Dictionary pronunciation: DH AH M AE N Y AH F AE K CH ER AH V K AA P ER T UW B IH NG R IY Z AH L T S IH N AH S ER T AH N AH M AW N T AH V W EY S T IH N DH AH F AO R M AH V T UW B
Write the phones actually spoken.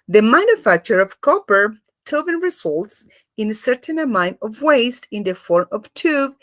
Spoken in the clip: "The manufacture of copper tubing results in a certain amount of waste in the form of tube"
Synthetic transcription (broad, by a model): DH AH M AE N Y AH F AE K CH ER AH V K AA P ER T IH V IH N R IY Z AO L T S IH N AH S ER T AH N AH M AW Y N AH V W EY S T IH N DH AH F AO R M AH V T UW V